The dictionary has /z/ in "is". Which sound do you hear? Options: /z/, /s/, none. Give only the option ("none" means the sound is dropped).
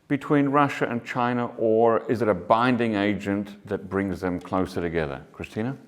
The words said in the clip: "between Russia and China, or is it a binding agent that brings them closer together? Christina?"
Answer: /z/